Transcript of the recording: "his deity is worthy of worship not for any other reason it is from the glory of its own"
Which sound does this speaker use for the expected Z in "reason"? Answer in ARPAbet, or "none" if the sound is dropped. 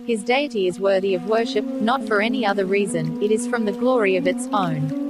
Z